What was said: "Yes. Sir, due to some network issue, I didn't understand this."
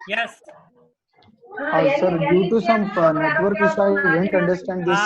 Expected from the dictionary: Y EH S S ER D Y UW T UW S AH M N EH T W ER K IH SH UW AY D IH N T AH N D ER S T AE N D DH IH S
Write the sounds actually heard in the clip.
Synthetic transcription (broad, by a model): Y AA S S ER D Y UW T UW S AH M N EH T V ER K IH S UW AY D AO N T AH N D ER S T AE N D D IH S